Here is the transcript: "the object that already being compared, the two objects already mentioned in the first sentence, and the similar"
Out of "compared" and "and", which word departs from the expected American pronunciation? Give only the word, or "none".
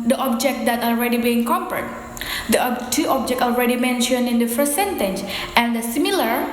compared